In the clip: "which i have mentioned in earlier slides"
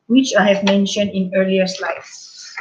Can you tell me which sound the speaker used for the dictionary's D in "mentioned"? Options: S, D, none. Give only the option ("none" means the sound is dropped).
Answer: D